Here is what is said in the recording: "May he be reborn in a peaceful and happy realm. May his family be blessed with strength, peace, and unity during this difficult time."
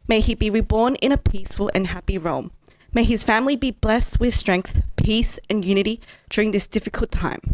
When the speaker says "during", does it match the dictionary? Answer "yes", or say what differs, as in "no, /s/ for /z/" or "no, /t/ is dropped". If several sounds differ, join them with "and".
yes